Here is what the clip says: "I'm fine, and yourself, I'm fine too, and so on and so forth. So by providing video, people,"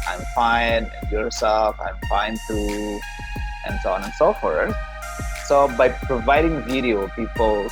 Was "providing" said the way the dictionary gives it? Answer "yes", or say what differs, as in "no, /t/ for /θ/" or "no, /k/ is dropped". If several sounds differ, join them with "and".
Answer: yes